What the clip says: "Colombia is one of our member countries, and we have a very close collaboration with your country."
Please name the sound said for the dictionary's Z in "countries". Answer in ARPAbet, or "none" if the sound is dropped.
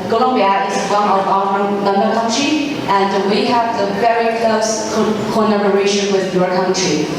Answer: none